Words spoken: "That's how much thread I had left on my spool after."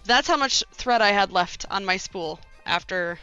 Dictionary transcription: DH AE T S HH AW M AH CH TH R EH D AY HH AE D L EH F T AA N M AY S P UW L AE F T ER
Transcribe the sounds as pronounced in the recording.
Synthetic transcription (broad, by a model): DH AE T S HH AW M AH CH TH R EH D AY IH D L EH F T N M AY S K UW L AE F T ER